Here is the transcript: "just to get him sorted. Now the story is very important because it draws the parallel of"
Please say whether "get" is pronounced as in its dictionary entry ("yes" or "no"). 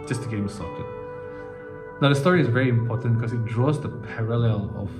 no